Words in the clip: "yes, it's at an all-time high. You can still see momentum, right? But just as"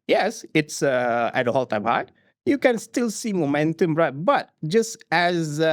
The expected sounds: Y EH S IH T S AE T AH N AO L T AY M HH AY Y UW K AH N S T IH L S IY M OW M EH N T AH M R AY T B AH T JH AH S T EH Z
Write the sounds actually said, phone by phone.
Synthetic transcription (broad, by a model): Y EH S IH T S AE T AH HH AO L T AY M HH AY Y UW K AH N S T IH L S IY M OW M EH N T AH M R AY T B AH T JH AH S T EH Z